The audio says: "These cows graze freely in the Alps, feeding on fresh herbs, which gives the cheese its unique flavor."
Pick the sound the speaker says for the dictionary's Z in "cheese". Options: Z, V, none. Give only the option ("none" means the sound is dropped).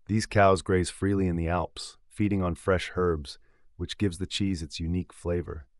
Z